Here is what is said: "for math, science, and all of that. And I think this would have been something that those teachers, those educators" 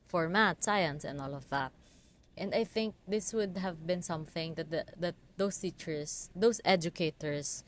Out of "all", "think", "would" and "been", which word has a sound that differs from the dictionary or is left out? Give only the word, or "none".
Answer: none